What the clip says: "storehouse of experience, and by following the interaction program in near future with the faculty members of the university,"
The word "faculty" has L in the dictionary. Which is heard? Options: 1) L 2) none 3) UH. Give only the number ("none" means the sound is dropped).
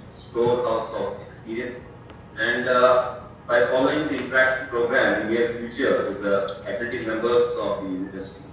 2